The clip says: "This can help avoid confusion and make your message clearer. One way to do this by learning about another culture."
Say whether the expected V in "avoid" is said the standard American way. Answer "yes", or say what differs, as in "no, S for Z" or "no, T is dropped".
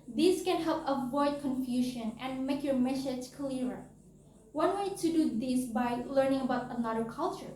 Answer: yes